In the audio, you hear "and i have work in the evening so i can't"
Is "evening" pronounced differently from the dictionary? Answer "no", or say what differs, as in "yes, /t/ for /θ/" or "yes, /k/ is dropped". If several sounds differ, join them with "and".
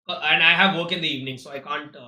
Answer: no